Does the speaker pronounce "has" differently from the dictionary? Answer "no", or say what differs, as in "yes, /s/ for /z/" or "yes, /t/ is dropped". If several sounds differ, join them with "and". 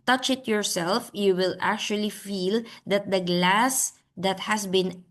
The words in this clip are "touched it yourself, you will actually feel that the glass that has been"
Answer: yes, /s/ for /z/